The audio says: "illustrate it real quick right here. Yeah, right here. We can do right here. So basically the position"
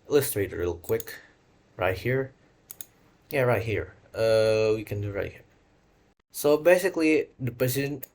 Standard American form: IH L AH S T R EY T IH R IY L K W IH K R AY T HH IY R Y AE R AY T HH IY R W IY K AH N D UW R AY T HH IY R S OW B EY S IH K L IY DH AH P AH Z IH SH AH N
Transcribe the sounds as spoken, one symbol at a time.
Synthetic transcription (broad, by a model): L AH S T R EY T IH L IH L K W IH K R AY T HH IY R Y AE R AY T HH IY R W IY K AH N D UW R AY T HH IY R S OW B EY S IH K L IY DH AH P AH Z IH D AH N